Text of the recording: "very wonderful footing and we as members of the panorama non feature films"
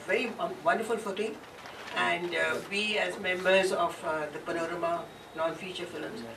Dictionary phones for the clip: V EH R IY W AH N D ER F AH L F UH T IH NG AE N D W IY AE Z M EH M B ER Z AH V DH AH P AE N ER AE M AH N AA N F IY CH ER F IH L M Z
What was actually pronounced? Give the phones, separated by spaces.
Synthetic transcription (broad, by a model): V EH R IY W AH N D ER F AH L F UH T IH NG AE N D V IY AE Z M EH M B ER Z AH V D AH P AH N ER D M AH N AA N F IY CH ER F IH L M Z